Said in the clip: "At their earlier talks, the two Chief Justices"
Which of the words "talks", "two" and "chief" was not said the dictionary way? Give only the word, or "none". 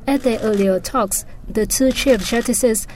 none